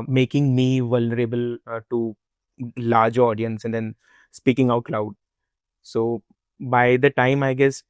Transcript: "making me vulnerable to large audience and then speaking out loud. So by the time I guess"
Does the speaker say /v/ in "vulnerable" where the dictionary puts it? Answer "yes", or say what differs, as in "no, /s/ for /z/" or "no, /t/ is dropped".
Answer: yes